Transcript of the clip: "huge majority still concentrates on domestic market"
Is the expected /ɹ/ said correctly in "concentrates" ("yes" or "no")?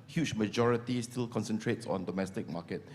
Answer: yes